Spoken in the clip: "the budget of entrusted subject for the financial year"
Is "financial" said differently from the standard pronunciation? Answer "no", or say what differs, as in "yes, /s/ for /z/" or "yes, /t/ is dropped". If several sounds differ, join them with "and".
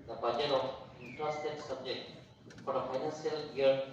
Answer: yes, /s/ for /ʃ/